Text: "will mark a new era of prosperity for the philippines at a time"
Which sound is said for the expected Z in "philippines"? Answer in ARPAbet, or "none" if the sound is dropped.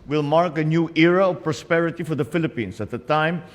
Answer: S